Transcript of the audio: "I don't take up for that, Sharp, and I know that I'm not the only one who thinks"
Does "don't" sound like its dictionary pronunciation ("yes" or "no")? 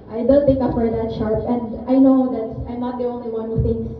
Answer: no